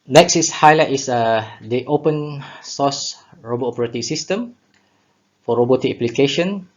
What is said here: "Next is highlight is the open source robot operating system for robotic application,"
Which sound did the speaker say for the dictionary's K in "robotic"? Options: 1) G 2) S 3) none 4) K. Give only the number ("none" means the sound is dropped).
3